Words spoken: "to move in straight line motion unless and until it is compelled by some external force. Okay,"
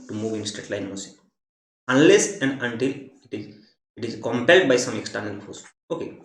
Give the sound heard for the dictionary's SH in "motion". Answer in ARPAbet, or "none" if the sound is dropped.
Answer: S